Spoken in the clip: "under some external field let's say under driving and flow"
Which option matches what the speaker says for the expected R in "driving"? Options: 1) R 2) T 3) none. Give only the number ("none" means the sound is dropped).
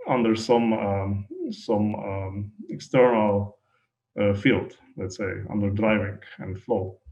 1